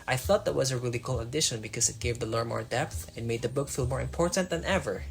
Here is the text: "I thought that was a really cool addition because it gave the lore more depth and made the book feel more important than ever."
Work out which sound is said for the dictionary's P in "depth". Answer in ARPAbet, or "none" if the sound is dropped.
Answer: P